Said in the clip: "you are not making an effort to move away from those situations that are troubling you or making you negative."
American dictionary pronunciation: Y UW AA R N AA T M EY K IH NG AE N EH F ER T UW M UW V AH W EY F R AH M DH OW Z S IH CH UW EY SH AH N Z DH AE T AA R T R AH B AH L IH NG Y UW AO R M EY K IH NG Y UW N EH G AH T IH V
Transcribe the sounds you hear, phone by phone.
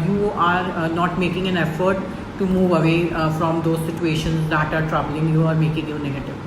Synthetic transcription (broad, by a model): Y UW AA R N AA T M EY K IH NG AE N EH F ER T UW M UW V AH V EY F R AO M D OW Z S IH CH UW EY SH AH N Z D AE T AA R T R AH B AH L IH NG Y UW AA R M EY K IH NG Y UW N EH G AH T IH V